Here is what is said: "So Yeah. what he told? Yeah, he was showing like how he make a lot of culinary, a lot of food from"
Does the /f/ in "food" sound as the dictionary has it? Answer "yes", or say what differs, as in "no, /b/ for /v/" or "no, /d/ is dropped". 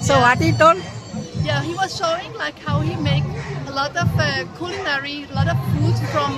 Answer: no, /p/ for /f/